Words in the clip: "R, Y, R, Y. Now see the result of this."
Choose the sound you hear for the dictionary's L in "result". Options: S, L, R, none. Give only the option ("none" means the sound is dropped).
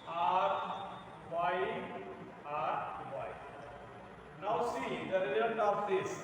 none